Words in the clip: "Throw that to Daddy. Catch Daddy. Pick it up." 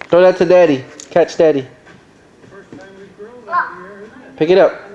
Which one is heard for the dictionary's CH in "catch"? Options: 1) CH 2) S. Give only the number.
1